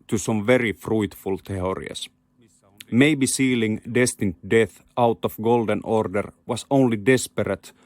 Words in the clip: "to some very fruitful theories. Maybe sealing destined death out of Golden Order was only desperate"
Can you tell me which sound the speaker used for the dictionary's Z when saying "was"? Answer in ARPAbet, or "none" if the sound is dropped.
S